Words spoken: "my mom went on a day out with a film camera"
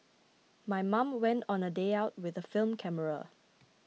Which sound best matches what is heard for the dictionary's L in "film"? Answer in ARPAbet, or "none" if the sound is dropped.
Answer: L